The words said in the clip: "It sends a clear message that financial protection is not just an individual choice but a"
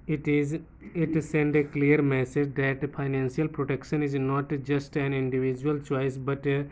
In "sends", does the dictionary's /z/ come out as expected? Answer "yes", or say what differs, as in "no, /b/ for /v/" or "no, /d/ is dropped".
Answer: no, /z/ is dropped